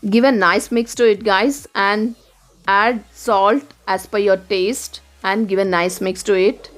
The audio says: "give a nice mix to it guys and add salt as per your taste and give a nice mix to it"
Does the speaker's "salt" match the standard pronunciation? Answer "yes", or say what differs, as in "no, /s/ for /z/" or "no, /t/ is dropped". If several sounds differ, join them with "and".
yes